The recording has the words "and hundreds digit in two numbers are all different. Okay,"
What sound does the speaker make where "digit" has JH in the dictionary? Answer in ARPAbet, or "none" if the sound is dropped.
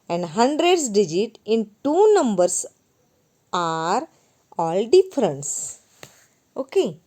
JH